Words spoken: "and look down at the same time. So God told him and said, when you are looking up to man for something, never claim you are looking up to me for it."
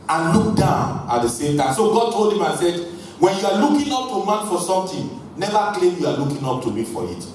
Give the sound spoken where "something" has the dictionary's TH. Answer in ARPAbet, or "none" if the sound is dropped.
T